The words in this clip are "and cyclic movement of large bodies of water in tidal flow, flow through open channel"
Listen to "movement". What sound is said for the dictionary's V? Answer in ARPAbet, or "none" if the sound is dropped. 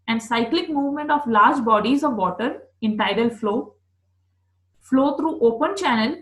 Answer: V